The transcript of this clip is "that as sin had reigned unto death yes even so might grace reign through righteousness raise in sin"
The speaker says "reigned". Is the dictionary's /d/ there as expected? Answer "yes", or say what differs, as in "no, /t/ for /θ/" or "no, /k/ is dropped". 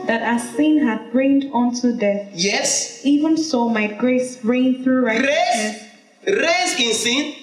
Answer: yes